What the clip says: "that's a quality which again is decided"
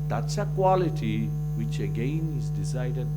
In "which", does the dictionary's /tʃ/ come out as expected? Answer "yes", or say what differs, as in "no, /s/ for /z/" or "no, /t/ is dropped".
yes